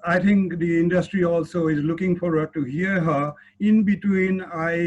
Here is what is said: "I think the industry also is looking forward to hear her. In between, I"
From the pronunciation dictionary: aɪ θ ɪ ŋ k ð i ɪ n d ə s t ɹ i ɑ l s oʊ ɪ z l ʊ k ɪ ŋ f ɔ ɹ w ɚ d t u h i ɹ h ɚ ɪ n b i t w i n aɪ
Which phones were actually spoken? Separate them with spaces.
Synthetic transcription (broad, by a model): aɪ t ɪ ŋ k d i ɪ n d ə s t ɹ i ɑ l s oʊ ɪ z l ʊ k ɪ ŋ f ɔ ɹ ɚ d t u h i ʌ h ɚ ɪ n b i t w i n aɪ